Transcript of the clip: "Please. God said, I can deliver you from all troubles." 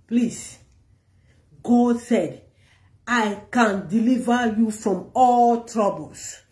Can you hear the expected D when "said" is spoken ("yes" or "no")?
yes